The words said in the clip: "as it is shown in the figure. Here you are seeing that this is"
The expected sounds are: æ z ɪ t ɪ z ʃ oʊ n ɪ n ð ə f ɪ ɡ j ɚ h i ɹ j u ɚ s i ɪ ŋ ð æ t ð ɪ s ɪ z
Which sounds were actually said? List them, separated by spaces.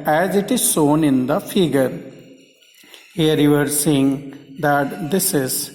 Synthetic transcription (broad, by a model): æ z ɪ t ɪ z s oʊ n ɪ n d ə f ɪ ɡ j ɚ h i ɹ j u ɚ s i ɪ ŋ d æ t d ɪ s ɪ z